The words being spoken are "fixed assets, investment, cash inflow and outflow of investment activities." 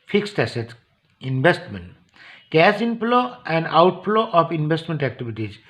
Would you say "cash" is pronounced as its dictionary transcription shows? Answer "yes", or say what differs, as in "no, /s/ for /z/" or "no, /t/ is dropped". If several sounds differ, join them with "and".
no, /s/ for /ʃ/